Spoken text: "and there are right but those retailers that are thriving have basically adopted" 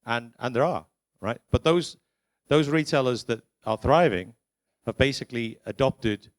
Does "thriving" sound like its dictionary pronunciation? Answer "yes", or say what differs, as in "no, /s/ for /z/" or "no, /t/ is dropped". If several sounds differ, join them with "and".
yes